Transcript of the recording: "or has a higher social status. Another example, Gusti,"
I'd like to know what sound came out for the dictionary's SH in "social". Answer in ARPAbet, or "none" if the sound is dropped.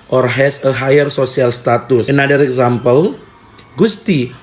S